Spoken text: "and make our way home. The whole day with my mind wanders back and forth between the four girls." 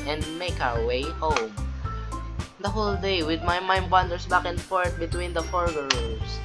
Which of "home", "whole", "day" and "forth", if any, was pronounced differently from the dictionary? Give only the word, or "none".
forth